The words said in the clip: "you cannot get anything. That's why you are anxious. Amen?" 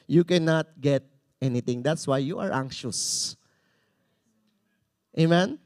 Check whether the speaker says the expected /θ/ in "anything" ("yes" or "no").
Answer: no